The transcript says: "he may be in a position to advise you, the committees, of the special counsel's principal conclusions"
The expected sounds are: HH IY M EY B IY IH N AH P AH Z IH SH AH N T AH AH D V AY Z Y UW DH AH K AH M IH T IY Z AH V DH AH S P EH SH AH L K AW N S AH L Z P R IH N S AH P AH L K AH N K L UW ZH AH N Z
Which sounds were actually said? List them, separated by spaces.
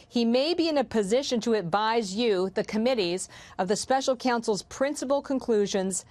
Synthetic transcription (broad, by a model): HH IY M EY B IY IH N AH P AH Z IH SH AH N T AH AH D V AY Z Y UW DH AH K AH M IH T IY Z AH V DH AH S P EH SH L K AW N S L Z P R IH N S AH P L K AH N K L UW ZH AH N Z